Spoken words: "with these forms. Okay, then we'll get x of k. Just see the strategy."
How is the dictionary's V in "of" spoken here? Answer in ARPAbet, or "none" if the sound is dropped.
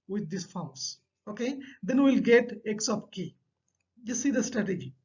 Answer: P